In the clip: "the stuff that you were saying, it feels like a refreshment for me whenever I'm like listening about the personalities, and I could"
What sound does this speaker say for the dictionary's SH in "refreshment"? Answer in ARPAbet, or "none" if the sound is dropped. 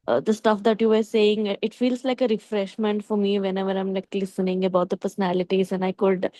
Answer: SH